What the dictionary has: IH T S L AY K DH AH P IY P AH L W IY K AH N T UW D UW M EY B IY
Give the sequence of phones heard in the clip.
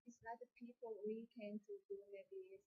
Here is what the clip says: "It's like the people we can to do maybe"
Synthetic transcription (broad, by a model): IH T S N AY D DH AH P IY P AH L W IY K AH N T UW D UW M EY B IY